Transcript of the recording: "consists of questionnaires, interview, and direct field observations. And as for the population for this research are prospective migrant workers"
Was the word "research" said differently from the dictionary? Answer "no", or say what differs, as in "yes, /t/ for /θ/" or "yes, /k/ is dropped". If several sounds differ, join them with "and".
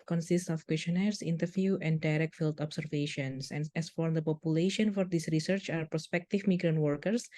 no